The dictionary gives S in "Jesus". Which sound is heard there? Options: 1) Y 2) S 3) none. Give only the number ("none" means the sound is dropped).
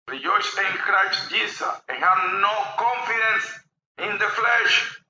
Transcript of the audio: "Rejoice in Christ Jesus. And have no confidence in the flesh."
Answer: 3